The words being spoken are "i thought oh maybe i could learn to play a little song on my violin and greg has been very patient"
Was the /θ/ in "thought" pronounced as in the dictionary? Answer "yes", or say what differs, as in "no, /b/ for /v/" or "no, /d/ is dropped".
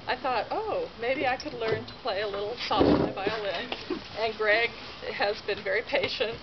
yes